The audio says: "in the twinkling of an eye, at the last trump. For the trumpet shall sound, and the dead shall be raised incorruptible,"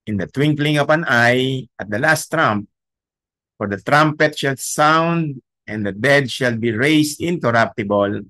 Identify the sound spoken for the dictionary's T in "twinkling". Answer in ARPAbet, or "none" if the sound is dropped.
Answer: T